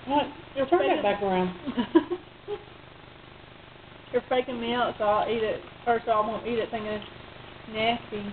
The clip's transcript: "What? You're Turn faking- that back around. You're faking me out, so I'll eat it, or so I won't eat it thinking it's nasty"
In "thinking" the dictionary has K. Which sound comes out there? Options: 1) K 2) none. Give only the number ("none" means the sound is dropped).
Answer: 2